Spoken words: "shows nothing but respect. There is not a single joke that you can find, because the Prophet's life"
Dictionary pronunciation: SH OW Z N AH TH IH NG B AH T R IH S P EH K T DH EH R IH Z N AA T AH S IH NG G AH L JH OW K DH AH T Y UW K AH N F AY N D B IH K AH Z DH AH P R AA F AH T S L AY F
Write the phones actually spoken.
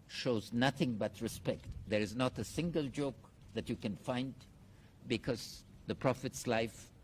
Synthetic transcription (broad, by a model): SH OW Z N AH TH IH NG B AH T R IH S P EH K T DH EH R IH Z N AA T AH S IH NG G AH L JH OW K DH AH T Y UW K AH N F AY N D B IH K AH Z DH AH P R AA F AH T S L AY F